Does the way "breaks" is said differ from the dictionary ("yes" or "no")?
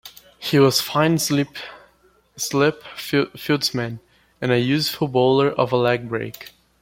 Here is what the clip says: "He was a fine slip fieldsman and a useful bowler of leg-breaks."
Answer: yes